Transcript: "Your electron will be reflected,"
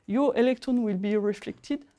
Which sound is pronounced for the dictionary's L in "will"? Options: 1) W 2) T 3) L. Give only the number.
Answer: 3